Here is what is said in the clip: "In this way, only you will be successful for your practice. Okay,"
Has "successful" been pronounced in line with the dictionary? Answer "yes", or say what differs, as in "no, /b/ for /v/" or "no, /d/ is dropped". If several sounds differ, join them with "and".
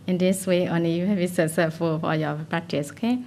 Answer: no, /k/ is dropped and /s/ is dropped